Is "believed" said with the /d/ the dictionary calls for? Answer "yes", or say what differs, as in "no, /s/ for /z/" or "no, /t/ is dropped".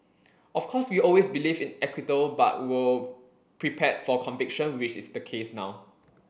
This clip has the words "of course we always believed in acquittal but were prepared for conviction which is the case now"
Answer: no, /d/ is dropped